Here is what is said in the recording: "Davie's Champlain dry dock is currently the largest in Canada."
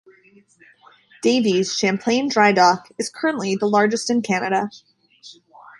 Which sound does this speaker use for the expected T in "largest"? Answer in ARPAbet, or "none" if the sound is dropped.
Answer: T